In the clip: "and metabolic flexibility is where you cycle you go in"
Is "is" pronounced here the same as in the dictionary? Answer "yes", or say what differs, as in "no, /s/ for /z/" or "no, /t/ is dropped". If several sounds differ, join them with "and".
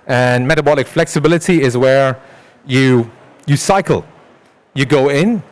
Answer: yes